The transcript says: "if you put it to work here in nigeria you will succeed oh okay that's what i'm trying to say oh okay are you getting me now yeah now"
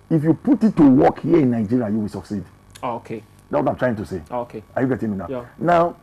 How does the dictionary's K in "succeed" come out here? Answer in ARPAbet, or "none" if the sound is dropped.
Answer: K